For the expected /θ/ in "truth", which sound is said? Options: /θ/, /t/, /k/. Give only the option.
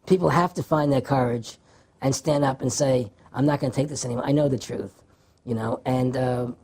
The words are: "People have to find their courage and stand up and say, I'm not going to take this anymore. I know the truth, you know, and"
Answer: /θ/